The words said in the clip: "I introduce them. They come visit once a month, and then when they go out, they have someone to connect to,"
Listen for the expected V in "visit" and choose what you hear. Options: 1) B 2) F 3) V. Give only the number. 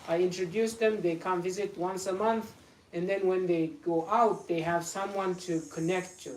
3